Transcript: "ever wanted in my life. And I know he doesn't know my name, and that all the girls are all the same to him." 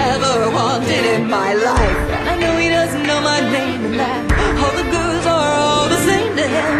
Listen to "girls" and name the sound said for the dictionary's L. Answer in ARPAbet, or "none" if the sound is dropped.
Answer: none